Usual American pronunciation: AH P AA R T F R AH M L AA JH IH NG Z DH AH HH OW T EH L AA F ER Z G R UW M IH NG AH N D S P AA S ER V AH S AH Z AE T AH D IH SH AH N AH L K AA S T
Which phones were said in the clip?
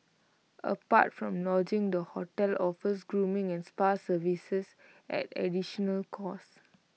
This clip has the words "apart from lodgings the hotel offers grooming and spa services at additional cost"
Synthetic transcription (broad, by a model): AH P AA T F R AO M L AA JH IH NG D AH HH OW T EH L AA F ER S G R UW M IH NG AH N S P AA S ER V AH S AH S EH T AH D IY SH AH N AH L K AA S